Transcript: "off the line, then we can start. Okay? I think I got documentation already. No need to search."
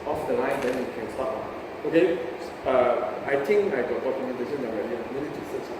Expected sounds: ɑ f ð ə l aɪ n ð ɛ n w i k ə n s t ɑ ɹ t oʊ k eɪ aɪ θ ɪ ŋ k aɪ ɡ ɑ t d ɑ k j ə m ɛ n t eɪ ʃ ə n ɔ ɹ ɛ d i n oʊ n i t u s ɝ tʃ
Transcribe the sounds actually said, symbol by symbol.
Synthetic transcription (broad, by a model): ɑ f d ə l aɪ n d ɛ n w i k ə n s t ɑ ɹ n oʊ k eɪ aɪ t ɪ ŋ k aɪ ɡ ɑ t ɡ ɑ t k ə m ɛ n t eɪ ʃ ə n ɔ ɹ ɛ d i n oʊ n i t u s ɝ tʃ